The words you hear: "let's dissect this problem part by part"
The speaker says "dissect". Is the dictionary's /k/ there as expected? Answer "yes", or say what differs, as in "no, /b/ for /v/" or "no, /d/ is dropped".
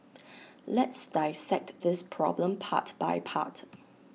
yes